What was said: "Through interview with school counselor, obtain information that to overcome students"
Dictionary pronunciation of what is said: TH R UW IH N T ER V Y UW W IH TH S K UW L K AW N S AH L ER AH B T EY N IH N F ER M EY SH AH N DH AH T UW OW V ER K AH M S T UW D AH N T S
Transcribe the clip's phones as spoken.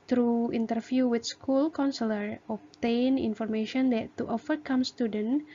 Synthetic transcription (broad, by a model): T R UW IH N T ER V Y UW W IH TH S K UW L K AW N S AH L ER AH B T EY N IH N F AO M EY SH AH N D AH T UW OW F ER K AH M S T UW D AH N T